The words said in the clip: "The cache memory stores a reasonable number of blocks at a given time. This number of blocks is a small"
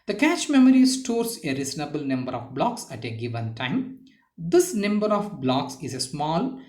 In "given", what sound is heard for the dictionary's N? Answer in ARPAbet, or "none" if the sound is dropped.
N